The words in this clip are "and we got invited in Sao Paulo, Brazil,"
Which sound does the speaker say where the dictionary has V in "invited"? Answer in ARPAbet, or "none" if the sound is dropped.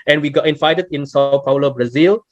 F